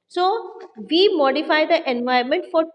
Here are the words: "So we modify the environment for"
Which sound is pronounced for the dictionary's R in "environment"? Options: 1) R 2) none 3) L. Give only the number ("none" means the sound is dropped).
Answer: 2